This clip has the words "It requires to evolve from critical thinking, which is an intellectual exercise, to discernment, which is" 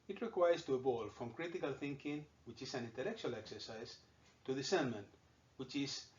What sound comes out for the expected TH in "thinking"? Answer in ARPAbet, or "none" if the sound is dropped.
TH